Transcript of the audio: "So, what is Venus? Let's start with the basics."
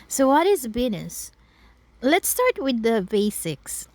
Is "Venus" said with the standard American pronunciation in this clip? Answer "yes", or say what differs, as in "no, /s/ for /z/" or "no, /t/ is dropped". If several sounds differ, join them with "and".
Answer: no, /b/ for /v/